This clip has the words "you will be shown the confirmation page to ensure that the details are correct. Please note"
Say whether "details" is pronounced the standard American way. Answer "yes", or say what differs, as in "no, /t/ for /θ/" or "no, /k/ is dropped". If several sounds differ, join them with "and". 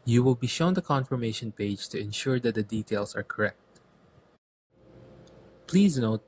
no, /s/ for /z/